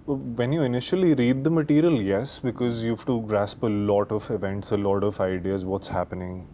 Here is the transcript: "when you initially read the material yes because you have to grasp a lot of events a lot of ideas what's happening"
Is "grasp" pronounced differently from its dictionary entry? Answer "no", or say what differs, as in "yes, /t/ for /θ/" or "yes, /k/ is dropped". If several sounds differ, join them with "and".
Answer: no